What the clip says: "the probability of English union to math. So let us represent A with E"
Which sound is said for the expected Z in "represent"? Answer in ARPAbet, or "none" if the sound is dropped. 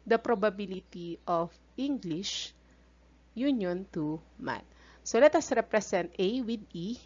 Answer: S